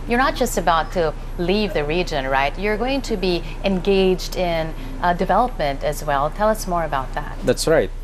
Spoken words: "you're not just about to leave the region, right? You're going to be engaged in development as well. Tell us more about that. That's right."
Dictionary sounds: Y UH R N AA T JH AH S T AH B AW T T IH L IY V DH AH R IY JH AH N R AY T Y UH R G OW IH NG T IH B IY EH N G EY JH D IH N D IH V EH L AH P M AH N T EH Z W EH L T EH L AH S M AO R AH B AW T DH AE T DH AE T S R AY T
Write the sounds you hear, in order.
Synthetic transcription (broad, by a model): Y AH R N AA T JH AH S T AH B AW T T IH L IY V DH AH R IY JH AH N R AY T Y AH R G OW IH NG T IH B IY EH N G EY JH D IH N D IH V EH L AH P M AH N T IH Z W EH L T EH L AH S M AO R AH B AW T DH AE T DH AE T S R AY T